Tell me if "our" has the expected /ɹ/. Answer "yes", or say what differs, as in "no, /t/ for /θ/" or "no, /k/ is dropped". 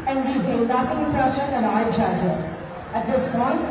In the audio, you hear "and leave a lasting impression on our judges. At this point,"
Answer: no, /l/ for /ɹ/